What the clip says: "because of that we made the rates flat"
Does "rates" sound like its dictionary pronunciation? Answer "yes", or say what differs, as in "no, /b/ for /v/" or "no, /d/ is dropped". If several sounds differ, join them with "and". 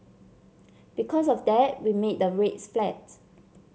yes